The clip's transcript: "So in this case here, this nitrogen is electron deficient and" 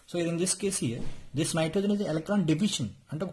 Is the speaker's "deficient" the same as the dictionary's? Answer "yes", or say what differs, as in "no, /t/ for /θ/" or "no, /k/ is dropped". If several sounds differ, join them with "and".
no, /t/ is dropped